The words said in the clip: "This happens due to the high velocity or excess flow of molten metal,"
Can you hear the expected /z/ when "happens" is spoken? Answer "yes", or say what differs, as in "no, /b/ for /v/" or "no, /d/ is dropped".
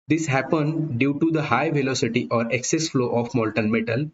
no, /z/ is dropped